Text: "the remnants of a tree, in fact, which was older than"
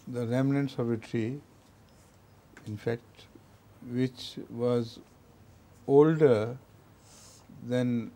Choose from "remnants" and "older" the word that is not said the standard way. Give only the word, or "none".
none